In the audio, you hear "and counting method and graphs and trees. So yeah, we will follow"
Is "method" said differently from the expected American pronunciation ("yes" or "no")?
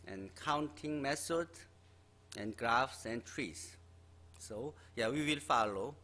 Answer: yes